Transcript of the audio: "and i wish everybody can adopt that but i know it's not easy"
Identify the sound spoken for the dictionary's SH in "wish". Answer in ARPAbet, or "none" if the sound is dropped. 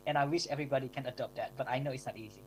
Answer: SH